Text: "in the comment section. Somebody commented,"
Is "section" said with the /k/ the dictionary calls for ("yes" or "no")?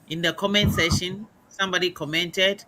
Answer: no